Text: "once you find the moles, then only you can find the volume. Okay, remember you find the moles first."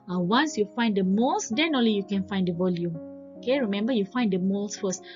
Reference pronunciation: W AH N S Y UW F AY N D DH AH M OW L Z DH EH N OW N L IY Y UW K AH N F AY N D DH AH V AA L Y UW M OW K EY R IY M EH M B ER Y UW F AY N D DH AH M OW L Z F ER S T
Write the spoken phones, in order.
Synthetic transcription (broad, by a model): W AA N S Y UW F AY N D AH M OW L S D EH N OW N L IY Y UW K AH N F AY N D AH V AA L Y UW M OW K EY R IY M EH M B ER Y UW F AY N D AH M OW L S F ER S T